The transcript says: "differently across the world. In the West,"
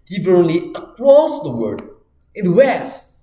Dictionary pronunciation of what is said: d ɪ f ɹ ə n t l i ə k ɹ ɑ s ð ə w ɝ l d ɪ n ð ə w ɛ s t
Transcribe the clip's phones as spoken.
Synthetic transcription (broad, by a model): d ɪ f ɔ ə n l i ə k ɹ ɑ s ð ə w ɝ d ɪ n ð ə w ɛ s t